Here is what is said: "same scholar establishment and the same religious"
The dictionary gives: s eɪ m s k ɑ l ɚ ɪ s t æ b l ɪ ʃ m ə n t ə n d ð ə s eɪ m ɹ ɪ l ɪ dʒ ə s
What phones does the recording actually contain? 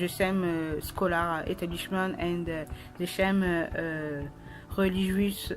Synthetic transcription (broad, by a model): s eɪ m s k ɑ l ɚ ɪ t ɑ b l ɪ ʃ m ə n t ə n d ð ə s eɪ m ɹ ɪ l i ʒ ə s